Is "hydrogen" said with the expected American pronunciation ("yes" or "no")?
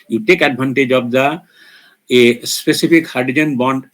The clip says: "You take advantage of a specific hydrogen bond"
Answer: no